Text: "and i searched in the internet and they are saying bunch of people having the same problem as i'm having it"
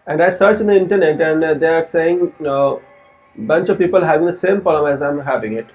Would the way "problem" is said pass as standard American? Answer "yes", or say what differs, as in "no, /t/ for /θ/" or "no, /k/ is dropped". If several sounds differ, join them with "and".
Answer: no, /ɹ/ is dropped and /b/ is dropped